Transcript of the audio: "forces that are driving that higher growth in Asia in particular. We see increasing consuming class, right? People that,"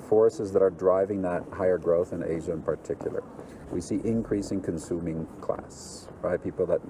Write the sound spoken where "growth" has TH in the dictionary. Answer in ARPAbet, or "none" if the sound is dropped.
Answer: TH